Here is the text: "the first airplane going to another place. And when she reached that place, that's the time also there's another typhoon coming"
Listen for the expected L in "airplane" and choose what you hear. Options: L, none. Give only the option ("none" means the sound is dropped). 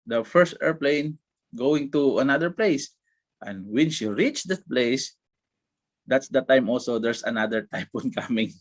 L